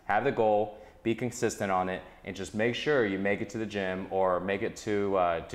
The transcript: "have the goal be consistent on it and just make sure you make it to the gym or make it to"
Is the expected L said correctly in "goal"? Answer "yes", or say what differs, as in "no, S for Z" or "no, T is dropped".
yes